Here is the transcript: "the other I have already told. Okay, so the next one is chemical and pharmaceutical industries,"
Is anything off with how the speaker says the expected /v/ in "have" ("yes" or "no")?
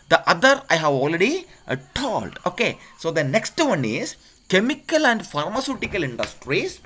no